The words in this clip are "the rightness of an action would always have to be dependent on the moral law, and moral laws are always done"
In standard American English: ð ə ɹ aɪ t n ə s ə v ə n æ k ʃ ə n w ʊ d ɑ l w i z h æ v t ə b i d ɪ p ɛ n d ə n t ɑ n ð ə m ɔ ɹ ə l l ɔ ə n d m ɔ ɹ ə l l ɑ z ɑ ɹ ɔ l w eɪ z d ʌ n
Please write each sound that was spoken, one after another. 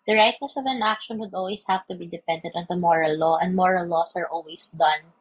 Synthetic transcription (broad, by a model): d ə ɹ aɪ t n ə s ə v ə n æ k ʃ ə n w ʊ d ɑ l w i s h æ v t ə b i d ɪ p ɛ n d ə n t ɑ n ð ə m ɔ ɹ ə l l ɔ ə n d m ɔ ɹ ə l l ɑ s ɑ ɹ ɔ l w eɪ s d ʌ n